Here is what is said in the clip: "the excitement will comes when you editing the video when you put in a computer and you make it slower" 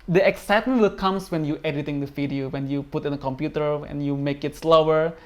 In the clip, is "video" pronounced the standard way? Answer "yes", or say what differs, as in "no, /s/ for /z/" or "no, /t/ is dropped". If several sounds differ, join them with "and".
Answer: no, /f/ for /v/